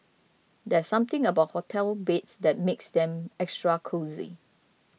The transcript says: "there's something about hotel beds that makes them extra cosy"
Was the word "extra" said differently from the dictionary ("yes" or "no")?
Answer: no